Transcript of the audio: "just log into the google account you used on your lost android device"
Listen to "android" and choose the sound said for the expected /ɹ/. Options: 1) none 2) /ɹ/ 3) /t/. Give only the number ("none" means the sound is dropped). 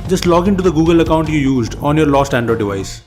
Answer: 1